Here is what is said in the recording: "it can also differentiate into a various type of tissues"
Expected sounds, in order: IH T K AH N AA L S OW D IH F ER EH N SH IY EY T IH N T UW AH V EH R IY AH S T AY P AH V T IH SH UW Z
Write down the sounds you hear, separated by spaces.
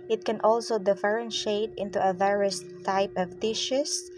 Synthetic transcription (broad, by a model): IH T K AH N AA L S OW D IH F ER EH N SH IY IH T IH N T UW AH V EH R IY AH S T AY P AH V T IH SH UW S